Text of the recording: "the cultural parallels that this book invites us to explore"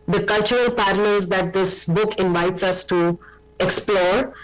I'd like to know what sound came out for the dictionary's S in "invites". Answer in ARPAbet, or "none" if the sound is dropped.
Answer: S